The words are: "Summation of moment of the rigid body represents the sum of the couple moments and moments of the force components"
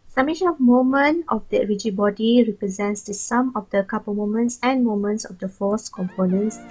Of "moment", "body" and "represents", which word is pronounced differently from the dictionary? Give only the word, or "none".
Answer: moment